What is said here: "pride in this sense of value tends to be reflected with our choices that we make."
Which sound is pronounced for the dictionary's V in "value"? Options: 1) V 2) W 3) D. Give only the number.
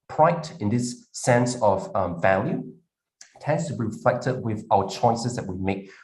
1